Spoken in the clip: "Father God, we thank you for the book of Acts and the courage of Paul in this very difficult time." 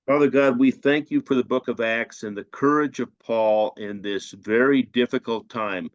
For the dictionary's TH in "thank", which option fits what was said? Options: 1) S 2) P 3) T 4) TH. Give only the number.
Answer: 4